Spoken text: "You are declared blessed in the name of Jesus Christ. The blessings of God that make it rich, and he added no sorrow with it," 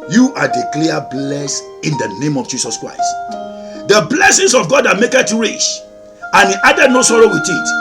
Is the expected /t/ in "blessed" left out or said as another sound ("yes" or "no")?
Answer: yes